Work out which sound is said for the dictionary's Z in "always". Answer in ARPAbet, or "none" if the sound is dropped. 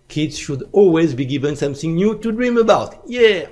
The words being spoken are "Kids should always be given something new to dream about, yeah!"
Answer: Z